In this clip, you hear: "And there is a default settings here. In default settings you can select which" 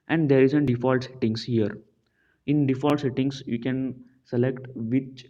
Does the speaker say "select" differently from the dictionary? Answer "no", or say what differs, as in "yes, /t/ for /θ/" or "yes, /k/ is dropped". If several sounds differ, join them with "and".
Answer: no